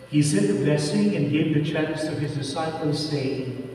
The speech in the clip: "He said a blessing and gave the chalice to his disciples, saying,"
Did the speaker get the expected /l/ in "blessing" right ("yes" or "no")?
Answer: no